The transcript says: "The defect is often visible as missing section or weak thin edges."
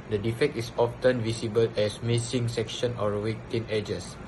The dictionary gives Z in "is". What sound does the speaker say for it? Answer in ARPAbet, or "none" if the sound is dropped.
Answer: S